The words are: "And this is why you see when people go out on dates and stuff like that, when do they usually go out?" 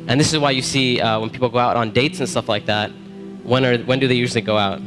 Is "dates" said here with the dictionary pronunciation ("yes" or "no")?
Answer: yes